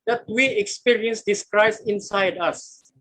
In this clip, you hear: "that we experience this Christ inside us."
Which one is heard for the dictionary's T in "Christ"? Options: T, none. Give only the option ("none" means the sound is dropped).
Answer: none